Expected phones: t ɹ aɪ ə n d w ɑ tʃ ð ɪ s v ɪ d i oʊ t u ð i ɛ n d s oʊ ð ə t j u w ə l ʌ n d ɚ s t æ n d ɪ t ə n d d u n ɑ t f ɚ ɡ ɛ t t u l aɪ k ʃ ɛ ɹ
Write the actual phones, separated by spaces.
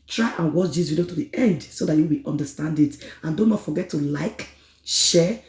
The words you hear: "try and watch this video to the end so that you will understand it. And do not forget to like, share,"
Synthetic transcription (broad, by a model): t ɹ aɪ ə n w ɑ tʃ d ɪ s w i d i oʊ t u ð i ɛ n d s oʊ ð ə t j u w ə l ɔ n d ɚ s t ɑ n d ɪ t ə n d d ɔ n ɑ t f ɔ ɡ ɛ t t u l aɪ k ʃ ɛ